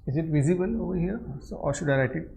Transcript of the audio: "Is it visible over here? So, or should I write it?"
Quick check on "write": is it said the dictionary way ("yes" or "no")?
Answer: no